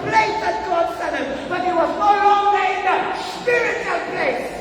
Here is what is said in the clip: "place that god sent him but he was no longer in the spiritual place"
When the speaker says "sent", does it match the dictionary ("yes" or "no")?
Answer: no